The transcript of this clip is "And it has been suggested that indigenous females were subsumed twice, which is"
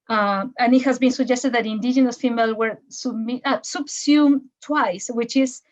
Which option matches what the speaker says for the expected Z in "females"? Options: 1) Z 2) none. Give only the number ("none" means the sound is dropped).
2